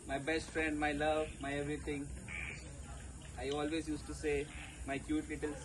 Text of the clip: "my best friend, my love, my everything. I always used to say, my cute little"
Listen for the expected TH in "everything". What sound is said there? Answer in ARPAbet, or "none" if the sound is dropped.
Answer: T